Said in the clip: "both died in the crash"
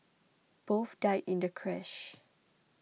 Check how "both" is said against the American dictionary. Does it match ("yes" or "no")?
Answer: no